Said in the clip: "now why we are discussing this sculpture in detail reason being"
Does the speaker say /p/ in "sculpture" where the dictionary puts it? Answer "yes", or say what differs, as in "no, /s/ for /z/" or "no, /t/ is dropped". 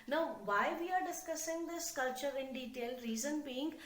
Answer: no, /p/ is dropped